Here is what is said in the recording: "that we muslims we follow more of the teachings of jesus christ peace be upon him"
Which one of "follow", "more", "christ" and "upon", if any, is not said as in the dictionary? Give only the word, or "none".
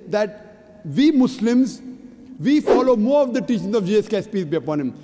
christ